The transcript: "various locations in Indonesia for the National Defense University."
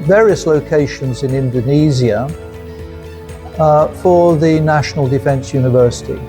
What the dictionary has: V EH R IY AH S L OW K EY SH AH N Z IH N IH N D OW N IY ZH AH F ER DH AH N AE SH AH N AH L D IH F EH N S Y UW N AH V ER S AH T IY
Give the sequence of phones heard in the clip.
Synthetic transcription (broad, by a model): V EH R IY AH S L OW K EY SH AH N Z IH N IH N D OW N IY Z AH F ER DH AH N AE SH AH N AH L D IH F EH N S Y UW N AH V ER S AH T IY